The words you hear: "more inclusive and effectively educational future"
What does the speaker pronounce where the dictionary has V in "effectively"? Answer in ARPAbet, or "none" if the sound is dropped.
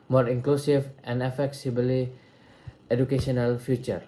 B